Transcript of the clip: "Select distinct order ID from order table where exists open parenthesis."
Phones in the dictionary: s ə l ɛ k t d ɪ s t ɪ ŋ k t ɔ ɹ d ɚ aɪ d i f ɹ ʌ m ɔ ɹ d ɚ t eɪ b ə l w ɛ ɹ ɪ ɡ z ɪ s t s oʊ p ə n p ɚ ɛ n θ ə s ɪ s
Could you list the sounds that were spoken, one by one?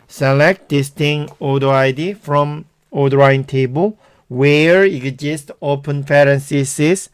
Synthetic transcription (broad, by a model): s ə l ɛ k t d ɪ s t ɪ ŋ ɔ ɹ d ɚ aɪ d i f ɹ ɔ m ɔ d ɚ t eɪ b ə l w ɛ ɹ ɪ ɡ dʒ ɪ s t oʊ p ə n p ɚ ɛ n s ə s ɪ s